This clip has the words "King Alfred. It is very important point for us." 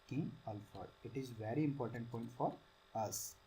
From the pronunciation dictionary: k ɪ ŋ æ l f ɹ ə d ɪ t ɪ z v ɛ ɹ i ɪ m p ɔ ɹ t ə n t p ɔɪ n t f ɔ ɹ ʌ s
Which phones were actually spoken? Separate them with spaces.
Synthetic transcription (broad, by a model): k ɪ ŋ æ l f ə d ɪ t ɪ z v ɛ ɹ i ɪ m p ɔ ɹ t ə n t p ɔɪ n t f ɔ ɹ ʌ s